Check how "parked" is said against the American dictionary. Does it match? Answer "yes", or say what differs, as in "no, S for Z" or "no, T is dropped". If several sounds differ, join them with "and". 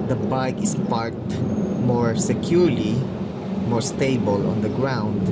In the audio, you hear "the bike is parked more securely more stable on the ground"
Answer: no, K is dropped